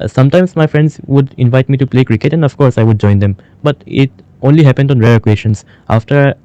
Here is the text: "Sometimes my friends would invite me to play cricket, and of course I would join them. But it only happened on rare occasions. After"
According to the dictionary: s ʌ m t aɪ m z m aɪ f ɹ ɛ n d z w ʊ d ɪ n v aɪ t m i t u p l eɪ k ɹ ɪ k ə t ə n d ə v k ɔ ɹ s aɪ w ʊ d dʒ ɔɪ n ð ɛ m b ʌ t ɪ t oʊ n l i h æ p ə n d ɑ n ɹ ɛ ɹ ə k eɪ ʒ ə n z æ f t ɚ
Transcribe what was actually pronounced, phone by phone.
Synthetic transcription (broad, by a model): s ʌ m t aɪ m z m aɪ f ɹ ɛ n d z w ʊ d ɪ n v aɪ t m i t u p l eɪ k ɹ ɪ k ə t ə n d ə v k ɔ ɹ s aɪ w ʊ d dʒ ɔɪ n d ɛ m b ʌ t ɪ t oʊ n l i h æ p ə n d ɑ n ɹ ɛ ɹ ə k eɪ ʃ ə n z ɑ f t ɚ